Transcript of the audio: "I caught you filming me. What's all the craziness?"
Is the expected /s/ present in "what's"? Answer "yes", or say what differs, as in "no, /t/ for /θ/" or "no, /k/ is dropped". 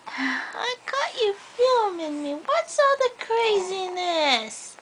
yes